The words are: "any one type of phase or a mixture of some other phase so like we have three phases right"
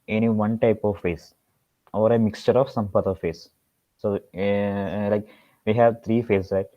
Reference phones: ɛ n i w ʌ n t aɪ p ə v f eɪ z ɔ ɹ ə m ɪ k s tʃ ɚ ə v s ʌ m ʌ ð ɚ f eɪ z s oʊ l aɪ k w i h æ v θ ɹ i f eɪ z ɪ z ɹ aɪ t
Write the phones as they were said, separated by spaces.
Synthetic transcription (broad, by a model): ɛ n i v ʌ n t aɪ p ə v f eɪ s ɔ ɹ ə m ɪ k s tʃ ɚ ə v s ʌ m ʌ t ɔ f eɪ s oʊ l aɪ k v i h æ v t ɹ i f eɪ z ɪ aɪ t